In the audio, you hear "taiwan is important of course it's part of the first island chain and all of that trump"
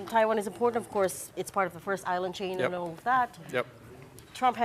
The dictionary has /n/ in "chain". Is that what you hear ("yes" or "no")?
no